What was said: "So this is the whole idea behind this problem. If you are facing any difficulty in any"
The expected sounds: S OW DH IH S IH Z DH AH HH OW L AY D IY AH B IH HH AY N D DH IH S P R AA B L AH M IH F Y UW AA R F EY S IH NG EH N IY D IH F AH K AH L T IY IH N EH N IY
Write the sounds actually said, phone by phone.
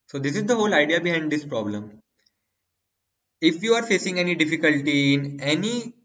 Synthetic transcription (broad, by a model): S OW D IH S IH Z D AH HH OW L AY D IY AH B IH HH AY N D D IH S P R AA B L AH M IH F Y UW AA R F EY S IH NG EH N IY D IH F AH K AH L T IY IH N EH N IY